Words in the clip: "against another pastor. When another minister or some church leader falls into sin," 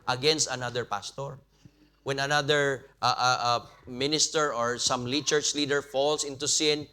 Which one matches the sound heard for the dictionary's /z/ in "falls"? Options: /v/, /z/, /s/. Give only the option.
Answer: /s/